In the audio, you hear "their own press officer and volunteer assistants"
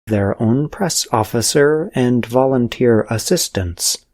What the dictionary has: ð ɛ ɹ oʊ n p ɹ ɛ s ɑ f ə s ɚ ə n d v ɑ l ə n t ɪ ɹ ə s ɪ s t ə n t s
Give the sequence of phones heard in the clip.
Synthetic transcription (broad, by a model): ð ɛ ɹ oʊ n p ɹ ɛ s ɑ f ə s ɚ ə n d v ɑ l ə n t ɪ ɹ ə s ɪ s t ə n t s